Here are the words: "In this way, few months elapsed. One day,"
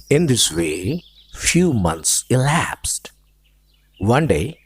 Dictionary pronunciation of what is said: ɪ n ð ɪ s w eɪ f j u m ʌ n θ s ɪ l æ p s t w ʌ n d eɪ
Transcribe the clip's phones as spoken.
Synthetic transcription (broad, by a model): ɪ n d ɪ s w eɪ f j u m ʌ n t s ɪ l æ p s t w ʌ n d eɪ